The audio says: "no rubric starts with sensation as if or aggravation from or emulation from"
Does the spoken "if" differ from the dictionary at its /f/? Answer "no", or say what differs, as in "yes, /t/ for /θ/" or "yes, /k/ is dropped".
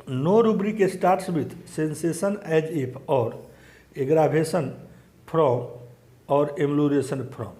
yes, /p/ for /f/